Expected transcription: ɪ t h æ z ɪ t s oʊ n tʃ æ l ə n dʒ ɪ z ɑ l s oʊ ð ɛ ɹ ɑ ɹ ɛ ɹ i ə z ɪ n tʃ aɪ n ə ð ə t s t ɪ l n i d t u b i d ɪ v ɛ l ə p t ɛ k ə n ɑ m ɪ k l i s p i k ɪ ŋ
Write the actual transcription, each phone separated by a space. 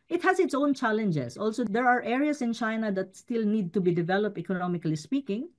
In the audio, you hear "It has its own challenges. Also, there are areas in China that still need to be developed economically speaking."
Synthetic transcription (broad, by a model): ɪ t h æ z ɪ t s oʊ n tʃ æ l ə n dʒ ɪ s ɑ l s oʊ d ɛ ɹ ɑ ɹ ɛ ɹ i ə s ɪ n tʃ aɪ n ə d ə t s t ɪ l n i d t u b i d ɪ v ɛ l ə p t ɛ k ə n ɑ m ɪ k l i s p i k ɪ ŋ